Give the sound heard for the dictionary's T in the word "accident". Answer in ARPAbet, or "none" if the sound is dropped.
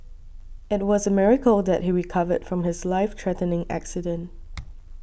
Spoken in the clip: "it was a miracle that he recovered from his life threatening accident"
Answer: T